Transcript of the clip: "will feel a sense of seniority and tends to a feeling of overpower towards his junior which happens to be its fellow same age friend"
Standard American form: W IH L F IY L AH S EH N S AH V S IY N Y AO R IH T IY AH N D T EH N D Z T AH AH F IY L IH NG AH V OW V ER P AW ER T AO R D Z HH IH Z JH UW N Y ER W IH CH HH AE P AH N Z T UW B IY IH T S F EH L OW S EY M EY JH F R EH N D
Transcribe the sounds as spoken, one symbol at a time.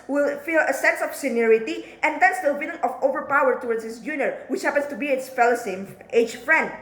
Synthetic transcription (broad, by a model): W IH L F IY L AH S EH N S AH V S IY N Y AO R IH T IY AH N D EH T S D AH AH P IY N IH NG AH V OW V ER P AW ER T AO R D S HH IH S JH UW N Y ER W IH CH HH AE P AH N S T UW B IY IH T S F EH L OW S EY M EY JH F R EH N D